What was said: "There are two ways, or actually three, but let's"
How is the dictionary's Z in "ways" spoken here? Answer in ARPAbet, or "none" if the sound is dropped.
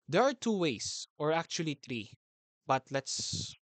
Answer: S